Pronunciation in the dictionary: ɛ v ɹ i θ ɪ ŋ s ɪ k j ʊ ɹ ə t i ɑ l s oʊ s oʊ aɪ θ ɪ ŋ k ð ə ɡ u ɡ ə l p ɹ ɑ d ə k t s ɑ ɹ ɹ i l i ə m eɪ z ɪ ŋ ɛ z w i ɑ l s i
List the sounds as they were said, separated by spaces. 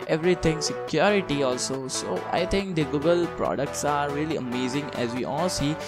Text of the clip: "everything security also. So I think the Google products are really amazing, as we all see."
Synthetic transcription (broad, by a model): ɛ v ɹ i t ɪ ŋ s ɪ k j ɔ ɹ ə t i ɑ l s oʊ s oʊ aɪ t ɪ ŋ k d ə ɡ u ɡ ə l p ɹ ɑ d ə k t s ɑ ɹ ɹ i l i ə m eɪ z ɪ ŋ ɛ z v i ɑ l s i